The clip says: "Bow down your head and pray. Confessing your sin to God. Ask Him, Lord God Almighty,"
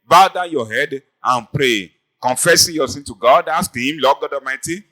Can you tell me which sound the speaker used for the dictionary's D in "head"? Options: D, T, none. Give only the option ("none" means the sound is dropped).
D